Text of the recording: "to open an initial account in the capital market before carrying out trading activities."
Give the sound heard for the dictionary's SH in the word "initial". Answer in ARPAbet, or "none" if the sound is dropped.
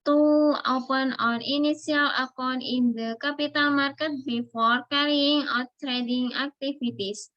S